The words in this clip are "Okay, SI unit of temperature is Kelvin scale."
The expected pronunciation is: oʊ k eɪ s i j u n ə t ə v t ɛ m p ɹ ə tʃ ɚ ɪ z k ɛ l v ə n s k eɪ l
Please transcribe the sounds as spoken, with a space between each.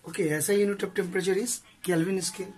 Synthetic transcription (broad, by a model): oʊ k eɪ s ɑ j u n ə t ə p t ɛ m p ɹ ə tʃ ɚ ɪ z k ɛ l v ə n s k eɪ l